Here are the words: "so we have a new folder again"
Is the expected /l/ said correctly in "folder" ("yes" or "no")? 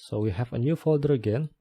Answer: yes